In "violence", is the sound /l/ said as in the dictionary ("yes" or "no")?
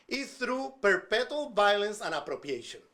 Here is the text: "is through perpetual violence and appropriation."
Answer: yes